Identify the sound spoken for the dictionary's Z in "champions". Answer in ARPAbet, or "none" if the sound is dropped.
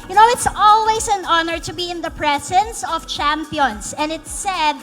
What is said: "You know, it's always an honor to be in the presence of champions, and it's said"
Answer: S